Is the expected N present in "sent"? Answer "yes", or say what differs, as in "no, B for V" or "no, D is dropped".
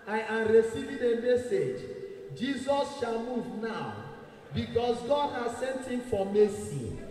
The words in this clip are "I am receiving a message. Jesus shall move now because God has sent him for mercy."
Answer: yes